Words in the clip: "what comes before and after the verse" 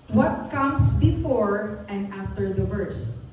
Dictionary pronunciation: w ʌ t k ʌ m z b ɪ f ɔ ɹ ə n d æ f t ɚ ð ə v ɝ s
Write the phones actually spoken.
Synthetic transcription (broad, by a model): w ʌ t k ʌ m s b ɪ f ɔ ɹ ə n d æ f t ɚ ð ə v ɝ s